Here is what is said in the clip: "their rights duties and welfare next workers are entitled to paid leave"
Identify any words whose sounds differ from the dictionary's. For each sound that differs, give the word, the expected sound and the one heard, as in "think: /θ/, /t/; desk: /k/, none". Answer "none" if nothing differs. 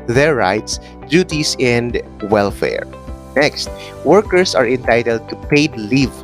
duties: /z/, /s/; workers: /z/, /s/